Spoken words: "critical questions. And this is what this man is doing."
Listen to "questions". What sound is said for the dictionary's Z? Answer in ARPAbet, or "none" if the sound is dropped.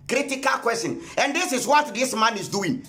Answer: none